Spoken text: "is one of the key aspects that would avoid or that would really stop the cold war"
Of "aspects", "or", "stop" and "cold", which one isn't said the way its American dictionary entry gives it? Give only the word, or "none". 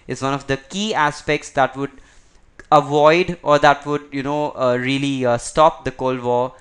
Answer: none